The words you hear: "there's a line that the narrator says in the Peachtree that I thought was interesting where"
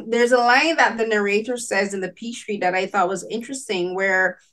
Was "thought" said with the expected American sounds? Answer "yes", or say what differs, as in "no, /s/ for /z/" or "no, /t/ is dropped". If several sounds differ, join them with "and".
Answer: yes